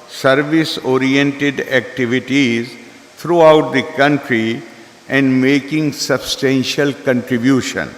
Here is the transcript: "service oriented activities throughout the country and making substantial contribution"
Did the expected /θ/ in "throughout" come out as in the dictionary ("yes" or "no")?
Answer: no